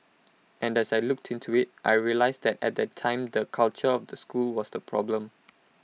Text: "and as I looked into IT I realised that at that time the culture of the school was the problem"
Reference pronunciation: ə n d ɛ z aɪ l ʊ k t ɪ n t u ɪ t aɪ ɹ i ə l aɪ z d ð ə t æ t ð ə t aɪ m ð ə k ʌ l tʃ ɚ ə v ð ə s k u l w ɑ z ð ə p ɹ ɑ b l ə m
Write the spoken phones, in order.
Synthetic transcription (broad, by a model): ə n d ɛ s aɪ l ʊ k t ɪ n t u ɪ t aɪ ɹ i ə l aɪ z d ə t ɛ t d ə t aɪ m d ə k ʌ l tʃ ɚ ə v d ə s k u l w ɑ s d ə p ɹ ɑ b l ə m